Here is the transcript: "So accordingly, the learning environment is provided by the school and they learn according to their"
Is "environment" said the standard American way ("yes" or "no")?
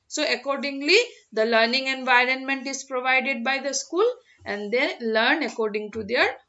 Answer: yes